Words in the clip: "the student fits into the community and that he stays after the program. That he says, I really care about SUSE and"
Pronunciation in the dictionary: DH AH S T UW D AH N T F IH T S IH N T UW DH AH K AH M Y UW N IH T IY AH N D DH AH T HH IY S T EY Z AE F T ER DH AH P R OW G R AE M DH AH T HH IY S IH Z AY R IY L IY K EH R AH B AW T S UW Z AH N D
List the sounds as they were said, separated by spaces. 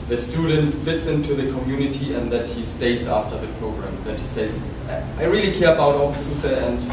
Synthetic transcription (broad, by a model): DH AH S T UW D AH N T F IH T S IH N T UW DH AH K AH M Y UW N IH T IY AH N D DH AH T HH IY S T EY Z AE F T ER DH AH P R OW G R AE M DH AH T HH IY S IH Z AY R IY L IY K EH R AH B AW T S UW S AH N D